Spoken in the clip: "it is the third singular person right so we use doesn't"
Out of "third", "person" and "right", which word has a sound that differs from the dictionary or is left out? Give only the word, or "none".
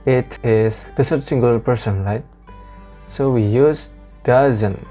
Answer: third